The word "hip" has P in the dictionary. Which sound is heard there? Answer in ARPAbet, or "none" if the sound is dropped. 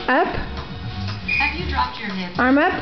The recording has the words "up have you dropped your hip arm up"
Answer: none